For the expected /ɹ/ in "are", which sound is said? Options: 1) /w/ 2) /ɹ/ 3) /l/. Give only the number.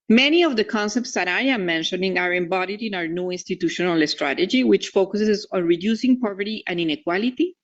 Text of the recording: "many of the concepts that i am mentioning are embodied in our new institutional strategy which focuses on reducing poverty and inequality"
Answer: 2